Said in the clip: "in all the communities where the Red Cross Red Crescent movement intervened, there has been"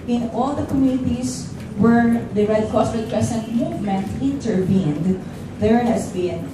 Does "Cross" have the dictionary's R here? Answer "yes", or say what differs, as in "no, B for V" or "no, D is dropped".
no, R is dropped